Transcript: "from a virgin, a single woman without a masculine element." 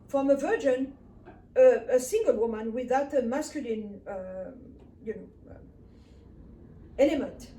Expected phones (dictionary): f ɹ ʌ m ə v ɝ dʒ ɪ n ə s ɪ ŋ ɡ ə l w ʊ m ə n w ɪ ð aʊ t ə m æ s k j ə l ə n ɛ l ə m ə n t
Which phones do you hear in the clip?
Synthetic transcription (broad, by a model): f ɹ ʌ m ə v ɝ dʒ ɪ n ə s ɪ ŋ ɡ ə l w ʊ m ə n w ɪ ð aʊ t ə m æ s k j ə l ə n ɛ l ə m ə n t